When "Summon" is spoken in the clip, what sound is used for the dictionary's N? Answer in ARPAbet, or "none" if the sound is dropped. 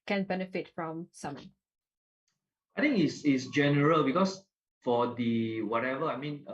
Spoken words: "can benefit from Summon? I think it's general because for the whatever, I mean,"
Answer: none